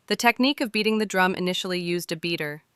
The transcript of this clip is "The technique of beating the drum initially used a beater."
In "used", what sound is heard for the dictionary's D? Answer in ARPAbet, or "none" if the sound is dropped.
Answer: D